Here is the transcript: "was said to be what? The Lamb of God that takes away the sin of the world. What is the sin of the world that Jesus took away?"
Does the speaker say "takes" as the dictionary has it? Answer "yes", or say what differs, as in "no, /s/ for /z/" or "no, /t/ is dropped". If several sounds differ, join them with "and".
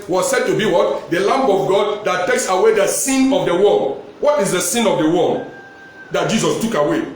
yes